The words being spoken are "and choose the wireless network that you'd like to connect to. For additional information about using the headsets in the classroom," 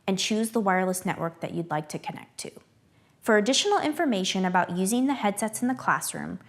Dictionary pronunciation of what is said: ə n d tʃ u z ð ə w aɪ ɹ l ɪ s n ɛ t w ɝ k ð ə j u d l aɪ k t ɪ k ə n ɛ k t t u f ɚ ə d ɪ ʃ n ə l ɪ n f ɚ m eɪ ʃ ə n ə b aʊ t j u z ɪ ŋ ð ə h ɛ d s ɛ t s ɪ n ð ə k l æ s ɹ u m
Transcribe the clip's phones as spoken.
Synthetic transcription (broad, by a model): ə n tʃ u z ð ə w aɪ ɹ l ɪ s n ɛ t w ɝ k ð ə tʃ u d l aɪ k t ɪ k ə n ɛ k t t u f ɚ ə d ɪ ʃ n l ɪ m f ɚ m eɪ ʃ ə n ə b aʊ t j u z ɪ ŋ ð ə h ɛ d s ɛ t s n ð ə k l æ s ɹ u m